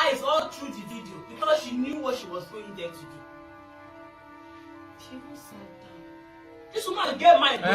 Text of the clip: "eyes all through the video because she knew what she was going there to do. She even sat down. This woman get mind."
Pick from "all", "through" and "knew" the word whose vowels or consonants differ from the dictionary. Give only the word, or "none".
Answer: through